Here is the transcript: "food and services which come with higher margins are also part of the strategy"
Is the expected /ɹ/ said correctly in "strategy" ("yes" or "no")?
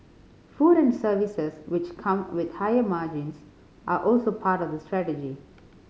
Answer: yes